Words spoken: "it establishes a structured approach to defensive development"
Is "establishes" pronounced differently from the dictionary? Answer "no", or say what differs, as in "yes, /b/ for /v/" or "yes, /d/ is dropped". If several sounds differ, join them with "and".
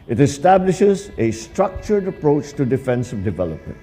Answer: no